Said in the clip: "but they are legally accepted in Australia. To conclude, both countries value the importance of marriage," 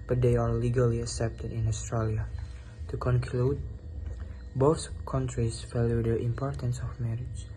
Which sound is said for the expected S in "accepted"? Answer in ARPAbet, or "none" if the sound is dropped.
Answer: S